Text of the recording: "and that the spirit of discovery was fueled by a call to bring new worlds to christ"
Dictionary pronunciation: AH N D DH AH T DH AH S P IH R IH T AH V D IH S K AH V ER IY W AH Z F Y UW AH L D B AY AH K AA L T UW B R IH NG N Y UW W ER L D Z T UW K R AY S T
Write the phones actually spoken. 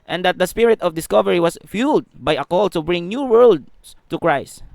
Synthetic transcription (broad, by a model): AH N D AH T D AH S P IH R IH T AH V D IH S K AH V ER IY W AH S F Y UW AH L D B AY AH K AA L T UW B R IH NG N Y UW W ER L D S T UW K R AY S T